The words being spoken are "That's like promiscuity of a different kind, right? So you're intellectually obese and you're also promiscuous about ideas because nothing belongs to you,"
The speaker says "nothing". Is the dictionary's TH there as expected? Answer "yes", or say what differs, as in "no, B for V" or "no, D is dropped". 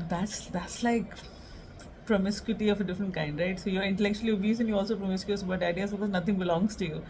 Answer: no, T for TH